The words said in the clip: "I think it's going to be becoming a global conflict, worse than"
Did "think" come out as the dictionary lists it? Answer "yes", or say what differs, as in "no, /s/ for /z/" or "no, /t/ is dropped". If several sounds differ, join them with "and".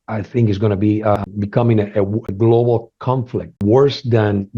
yes